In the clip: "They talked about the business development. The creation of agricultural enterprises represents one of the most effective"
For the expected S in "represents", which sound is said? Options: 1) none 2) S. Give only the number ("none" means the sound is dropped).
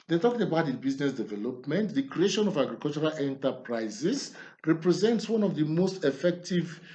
2